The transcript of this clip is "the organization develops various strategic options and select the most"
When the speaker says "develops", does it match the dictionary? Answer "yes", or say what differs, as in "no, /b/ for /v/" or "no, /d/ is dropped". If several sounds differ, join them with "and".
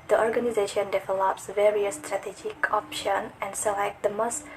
yes